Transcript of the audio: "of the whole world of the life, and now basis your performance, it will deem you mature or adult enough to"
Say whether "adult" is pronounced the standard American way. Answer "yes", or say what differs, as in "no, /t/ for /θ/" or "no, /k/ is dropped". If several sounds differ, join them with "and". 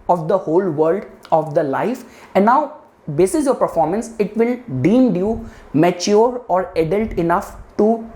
yes